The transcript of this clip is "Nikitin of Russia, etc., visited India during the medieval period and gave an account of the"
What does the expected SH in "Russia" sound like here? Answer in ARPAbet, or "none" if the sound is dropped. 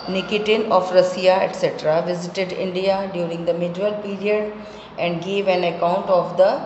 S